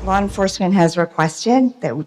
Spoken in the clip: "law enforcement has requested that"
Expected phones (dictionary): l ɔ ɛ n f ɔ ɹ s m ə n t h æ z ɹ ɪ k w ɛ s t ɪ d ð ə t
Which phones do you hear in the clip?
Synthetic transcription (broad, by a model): l ɔ ɛ n f ɔ ɹ s m ə n t h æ z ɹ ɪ k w ɛ s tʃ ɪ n ð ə t